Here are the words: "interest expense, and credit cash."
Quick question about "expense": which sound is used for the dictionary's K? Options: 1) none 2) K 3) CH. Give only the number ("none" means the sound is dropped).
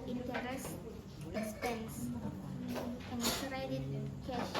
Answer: 1